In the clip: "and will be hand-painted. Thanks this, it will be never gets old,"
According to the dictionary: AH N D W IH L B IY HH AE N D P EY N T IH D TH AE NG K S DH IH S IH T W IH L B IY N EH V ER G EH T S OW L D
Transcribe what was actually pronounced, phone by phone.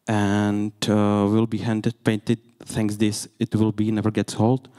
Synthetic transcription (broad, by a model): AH N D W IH L B IY HH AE N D P EY N T IH D T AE NG K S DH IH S IH T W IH L B IY N EH V ER G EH T S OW L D